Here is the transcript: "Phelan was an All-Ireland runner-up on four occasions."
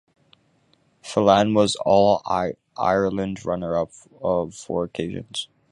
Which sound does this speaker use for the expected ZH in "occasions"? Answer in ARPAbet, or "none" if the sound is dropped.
ZH